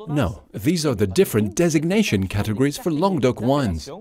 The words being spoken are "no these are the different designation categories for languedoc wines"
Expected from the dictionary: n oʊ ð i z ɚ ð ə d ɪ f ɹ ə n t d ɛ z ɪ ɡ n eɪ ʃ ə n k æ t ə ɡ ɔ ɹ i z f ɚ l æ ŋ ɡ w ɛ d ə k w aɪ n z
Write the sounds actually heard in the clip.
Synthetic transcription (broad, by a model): n oʊ ð i z ɚ ð ə d ɪ f ɹ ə n d ɛ z ɪ ɡ n eɪ ʃ ə n k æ t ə ɡ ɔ ɹ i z f ɚ l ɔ ŋ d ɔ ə k w aɪ n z